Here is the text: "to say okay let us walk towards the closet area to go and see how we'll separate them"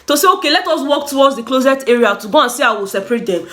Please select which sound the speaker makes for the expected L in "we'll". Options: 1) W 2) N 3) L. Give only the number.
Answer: 3